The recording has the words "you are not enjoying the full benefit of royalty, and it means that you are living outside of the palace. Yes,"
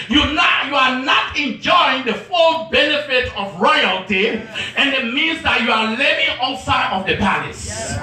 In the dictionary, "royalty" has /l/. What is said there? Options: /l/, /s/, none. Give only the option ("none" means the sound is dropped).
/l/